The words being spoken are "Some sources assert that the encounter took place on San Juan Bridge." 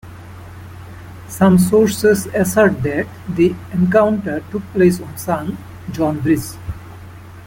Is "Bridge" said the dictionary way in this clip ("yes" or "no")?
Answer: no